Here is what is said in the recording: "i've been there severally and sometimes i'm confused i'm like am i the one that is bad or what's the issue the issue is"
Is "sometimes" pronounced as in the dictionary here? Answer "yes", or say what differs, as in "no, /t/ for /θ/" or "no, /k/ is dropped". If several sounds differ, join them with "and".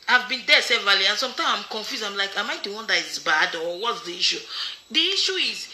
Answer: no, /z/ is dropped